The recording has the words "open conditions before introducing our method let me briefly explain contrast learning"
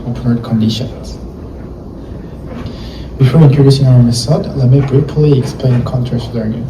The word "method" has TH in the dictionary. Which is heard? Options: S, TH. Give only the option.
S